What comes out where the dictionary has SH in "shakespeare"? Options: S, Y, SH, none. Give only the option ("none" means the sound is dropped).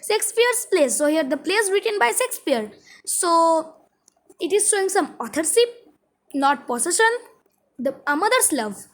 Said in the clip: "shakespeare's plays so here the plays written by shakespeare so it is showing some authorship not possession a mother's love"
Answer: S